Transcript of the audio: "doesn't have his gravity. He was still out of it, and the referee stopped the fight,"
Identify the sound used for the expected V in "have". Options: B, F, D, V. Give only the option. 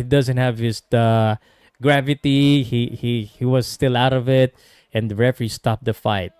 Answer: V